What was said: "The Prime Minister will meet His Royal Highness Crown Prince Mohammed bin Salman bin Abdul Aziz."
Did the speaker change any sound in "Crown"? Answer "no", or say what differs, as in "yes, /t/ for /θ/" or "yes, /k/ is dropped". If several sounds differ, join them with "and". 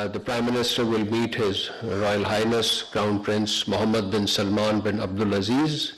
yes, /ɹ/ is dropped